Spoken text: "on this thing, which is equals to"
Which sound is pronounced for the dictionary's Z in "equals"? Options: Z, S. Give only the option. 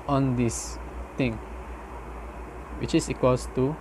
S